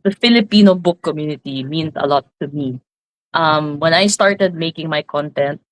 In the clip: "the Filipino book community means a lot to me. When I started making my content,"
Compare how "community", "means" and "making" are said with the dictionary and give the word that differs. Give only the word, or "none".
means